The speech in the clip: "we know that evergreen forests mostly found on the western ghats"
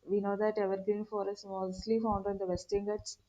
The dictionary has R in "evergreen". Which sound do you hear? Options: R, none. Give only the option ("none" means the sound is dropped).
none